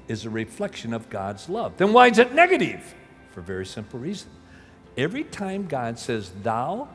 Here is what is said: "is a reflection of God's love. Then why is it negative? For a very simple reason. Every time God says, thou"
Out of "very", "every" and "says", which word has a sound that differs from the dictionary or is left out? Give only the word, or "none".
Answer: none